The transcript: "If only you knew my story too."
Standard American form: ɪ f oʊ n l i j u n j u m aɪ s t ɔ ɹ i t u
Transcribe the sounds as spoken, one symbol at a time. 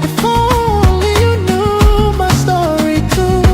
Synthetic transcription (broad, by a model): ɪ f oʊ l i j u n j u m aɪ s t ɔ ɹ i t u